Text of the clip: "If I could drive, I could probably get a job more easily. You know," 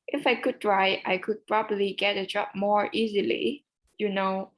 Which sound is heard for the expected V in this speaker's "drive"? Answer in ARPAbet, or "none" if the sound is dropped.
none